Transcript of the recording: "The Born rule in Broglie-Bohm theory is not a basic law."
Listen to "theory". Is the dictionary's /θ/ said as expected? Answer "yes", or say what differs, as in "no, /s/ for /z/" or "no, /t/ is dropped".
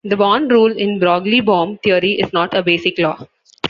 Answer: no, /t/ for /θ/